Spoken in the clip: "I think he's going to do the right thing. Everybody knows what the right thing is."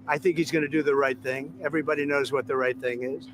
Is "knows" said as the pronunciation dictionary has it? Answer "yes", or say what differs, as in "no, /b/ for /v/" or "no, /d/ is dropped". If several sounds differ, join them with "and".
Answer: yes